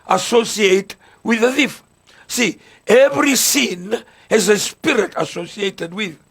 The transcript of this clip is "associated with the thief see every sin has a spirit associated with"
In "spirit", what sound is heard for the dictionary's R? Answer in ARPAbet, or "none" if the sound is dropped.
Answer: R